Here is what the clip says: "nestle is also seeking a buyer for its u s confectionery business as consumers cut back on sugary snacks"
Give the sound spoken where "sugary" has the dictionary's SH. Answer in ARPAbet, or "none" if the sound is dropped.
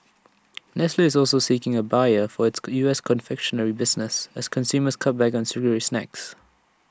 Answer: S